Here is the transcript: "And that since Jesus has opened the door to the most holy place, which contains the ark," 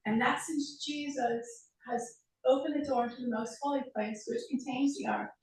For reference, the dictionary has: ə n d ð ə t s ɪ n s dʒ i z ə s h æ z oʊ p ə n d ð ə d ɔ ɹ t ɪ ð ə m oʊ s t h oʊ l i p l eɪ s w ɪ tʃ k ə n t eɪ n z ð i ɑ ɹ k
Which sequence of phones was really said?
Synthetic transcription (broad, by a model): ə n ð ə t s ɪ n s dʒ i z ə s h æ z oʊ p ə n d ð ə d ɔ ɹ t ɪ ð ə m oʊ s t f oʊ l i p l eɪ s w ɪ tʃ k n t eɪ n z ð i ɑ ɹ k